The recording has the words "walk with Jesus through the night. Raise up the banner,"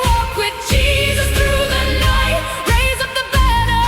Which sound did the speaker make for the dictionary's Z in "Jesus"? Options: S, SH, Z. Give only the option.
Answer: Z